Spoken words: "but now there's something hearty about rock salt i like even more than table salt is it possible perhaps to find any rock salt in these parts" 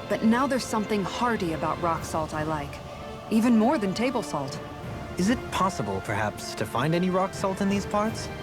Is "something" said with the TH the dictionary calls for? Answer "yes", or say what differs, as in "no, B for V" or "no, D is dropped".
yes